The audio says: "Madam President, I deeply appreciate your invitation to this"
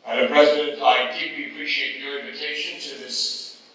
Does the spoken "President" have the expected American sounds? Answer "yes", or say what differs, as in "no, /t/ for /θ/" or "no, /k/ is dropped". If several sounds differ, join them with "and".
yes